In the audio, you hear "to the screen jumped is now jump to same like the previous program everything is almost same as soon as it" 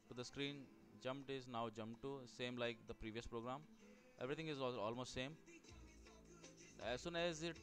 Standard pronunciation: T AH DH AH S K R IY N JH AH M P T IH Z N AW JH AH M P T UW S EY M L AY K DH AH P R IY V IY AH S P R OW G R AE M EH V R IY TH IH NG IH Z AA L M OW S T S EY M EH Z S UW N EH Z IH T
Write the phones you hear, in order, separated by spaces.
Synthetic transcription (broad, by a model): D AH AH S K R IY N JH AH M P T IH Z N AW JH AH M P T UW S EY M L AY K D AH P R IY V IY AH S P R OW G R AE M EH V R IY T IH NG IH Z AA L M OW S T S EY M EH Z S UW N EH Z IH T